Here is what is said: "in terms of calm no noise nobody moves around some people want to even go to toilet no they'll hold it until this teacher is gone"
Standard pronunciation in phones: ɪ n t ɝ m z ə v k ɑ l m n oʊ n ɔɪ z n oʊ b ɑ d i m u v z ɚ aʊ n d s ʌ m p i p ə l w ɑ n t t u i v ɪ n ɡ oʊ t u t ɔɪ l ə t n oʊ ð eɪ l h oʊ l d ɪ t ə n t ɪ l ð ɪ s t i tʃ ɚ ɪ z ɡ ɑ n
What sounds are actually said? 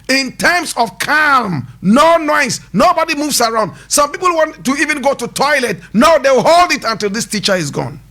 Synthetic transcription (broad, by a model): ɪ n t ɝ m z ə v k ɑ l m n oʊ n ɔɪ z n oʊ b ɑ d i m u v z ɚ aʊ n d s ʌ m p i p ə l w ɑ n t t u i v ɪ n ɡ oʊ t u t ɔɪ l ə t n oʊ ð eɪ w h oʊ l d ɪ t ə n t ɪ l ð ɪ s t i tʃ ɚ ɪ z ɡ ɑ n